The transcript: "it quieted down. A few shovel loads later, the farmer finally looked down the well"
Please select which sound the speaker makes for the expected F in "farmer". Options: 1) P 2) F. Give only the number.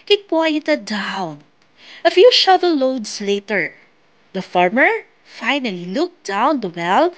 2